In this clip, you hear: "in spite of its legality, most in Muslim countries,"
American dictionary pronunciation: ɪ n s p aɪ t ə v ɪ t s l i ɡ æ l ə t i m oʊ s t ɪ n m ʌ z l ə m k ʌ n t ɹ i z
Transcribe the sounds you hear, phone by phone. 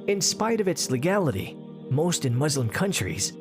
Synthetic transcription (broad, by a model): ɪ n s p aɪ t ə v ɪ t s l i ɡ æ l ə t i m oʊ s t ɪ n m ʌ z l ə m k ʌ n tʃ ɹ i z